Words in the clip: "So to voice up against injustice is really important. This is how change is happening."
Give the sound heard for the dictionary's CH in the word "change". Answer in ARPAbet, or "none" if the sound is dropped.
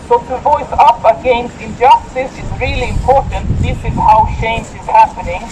SH